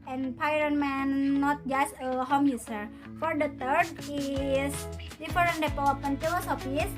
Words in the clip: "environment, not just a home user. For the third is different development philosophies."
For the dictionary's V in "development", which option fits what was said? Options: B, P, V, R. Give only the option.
P